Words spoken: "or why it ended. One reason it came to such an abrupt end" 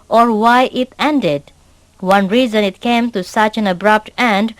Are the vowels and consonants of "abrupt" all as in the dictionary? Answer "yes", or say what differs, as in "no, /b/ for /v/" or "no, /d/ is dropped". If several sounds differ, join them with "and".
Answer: yes